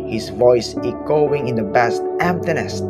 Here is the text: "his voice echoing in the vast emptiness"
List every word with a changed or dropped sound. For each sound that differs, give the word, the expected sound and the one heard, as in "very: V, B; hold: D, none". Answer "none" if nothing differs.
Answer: vast: V, B